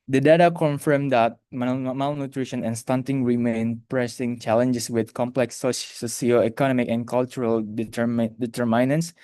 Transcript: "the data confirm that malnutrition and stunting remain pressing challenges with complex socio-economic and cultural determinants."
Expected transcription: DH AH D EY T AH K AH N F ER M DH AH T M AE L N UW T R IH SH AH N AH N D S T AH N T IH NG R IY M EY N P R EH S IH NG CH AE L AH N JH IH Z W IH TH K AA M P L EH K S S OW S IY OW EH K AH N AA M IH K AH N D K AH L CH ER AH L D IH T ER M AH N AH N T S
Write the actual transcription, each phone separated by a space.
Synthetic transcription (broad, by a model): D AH D EY T AH K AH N F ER M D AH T M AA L N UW T R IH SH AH N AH N S T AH N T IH NG R IY M EY N P R EH S IH NG CH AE L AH N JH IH S W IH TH K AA M P L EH K S S OW S IY OW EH K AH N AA M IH K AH N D K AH L CH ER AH L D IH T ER M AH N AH N S